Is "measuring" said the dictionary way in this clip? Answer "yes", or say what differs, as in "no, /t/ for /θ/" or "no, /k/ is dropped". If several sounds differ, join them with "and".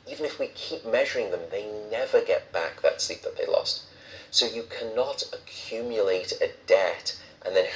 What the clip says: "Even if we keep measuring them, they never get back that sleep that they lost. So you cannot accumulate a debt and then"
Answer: yes